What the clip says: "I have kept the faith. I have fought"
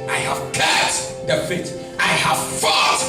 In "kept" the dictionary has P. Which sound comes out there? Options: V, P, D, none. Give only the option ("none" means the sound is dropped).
none